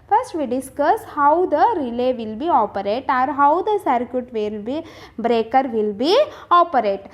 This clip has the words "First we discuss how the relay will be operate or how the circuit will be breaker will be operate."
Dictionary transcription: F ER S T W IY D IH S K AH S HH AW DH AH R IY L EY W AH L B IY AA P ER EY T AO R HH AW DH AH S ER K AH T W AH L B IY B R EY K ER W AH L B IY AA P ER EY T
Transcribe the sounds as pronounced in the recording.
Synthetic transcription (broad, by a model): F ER S T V IY D IH S K AH S HH AW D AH R IY L EY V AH L B IY AA P ER EY T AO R HH AW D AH S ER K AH T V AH L B IY B R EY K ER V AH L B IY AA P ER EY T